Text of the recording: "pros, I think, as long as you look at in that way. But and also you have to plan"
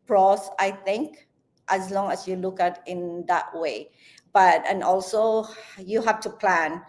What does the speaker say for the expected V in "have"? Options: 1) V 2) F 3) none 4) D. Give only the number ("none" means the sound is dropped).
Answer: 2